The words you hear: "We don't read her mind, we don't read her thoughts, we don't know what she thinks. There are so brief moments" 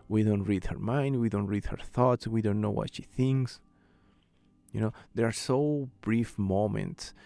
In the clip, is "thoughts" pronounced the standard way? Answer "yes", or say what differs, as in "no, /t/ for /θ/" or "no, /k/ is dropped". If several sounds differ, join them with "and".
yes